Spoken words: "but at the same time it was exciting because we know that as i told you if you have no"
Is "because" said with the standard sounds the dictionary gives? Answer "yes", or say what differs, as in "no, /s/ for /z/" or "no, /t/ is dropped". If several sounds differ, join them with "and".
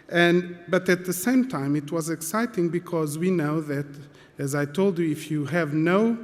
yes